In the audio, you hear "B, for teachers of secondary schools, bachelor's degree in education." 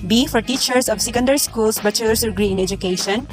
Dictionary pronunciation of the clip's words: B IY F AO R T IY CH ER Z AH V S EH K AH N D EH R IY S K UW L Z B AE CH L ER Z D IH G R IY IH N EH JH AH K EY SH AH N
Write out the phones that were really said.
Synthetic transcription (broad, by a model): B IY F AO R T IY CH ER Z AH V S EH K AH N D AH R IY S K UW L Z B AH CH ER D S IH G R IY IH N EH JH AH K EY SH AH N